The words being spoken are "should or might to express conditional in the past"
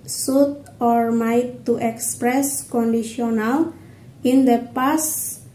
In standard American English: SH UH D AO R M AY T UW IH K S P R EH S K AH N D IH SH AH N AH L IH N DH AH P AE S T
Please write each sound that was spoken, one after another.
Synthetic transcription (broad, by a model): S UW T AO R M AY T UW IH K S P R EH S K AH N D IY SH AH N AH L IH N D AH P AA S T